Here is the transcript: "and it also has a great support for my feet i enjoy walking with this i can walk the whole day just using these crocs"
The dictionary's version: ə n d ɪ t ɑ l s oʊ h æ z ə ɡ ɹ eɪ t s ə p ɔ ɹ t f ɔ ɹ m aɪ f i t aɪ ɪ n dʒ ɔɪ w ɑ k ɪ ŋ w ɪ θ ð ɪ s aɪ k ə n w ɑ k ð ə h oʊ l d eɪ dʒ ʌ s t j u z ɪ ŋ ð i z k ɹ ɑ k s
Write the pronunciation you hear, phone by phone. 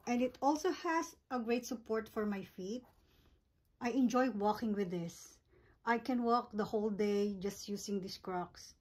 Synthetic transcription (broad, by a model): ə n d ɪ t ɑ l s oʊ h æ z ə ɡ ɹ eɪ t s ə p ɔ ɹ t f ɔ ɹ m aɪ f i t aɪ ɪ n dʒ ɔɪ w ɑ k ɪ ŋ w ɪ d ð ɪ s aɪ k ə n w ɑ k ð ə h oʊ l d eɪ dʒ ʌ s t j u s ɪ ŋ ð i s k ɹ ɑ k s